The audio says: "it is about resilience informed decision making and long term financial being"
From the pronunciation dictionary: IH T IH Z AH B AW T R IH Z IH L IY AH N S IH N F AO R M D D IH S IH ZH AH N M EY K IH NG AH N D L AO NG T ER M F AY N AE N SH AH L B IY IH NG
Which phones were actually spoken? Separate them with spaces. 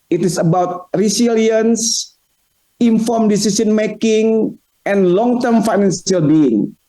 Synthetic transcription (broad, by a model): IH T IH S AH B AW T R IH S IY L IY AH N S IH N F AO R M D D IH S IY S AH N M EY K IH NG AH N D L AO NG T ER M F AY N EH N S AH L B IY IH NG